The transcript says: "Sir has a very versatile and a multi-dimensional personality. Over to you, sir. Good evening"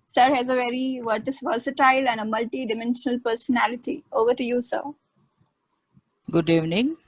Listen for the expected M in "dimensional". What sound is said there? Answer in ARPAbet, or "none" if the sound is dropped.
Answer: M